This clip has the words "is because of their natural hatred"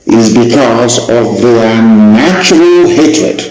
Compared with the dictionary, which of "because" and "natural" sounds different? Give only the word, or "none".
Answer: none